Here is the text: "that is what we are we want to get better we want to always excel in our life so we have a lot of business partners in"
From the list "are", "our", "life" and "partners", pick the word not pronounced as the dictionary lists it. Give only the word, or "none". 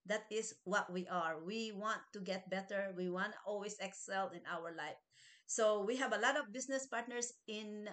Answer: partners